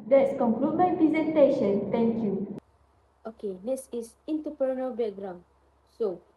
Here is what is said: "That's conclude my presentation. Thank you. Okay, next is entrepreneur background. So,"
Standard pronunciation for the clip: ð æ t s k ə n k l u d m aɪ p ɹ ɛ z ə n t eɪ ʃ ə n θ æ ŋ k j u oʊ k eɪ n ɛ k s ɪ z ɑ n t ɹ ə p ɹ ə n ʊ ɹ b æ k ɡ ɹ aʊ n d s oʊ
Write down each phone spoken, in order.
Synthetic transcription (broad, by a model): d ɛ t s k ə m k l u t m aɪ p ɹ ɛ z ə n t eɪ ʃ ə n t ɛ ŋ k j u oʊ k eɪ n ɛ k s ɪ s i n t ə p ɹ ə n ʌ l b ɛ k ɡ ɹ aʊ n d s oʊ